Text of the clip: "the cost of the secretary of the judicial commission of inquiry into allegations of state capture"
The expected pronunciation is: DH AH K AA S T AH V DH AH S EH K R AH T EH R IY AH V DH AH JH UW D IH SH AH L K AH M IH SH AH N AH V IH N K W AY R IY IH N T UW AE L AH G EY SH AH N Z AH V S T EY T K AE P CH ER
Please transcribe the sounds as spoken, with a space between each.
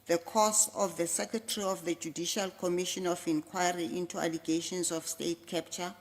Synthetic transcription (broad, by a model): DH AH K AA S AH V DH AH S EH K R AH T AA R IY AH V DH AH JH UW D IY SH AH L K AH M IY SH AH N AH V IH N K W AY R IY IH N T UW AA L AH G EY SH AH N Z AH F S T EY T K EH P CH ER